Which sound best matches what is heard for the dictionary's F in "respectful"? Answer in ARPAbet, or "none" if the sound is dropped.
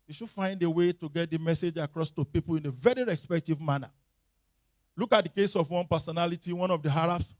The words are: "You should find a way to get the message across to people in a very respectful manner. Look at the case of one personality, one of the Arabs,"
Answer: none